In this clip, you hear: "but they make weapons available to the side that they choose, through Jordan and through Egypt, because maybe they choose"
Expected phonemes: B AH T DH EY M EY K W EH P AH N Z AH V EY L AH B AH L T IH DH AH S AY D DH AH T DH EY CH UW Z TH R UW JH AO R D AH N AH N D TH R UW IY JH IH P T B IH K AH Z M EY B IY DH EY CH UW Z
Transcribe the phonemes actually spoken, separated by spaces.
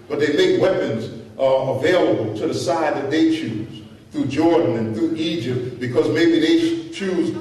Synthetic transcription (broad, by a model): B AH T DH EY M EY K W EH P AH N Z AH V EY L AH B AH L T IH DH AH S AY D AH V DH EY CH UW Z TH R UW JH AO R D N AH N TH R UW IY JH IH P T B IH K AH Z M EY B IY DH EY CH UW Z